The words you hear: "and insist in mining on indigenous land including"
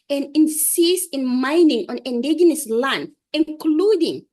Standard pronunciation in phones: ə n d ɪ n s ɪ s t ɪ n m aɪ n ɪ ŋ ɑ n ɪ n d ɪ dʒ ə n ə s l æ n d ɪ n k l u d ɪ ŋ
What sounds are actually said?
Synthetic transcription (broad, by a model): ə n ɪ n s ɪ s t ɪ n m aɪ n ɪ ŋ ɑ n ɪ n d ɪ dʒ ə n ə s l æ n ɪ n k l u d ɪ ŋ